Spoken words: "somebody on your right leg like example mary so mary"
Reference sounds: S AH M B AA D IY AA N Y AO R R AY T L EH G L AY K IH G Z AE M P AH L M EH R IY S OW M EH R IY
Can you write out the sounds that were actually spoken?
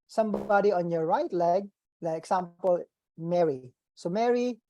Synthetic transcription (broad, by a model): S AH M B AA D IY AA N Y AO R R AY T L EH G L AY IH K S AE M P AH L M EH R IY S OW M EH R IY